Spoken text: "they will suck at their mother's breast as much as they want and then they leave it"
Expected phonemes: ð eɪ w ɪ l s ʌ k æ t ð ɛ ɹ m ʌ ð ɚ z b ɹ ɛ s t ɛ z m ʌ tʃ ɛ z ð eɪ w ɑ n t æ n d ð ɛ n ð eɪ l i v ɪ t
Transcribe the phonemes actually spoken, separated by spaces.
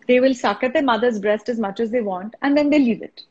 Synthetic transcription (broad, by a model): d eɪ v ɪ l s ʌ k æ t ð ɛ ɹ m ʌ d ɚ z b ɹ ɛ s t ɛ z m ʌ tʃ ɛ z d eɪ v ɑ n t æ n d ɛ n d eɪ l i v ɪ t